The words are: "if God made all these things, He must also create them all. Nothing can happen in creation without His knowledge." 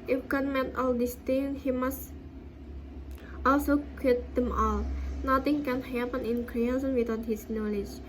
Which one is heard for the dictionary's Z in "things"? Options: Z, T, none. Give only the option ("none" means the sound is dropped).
none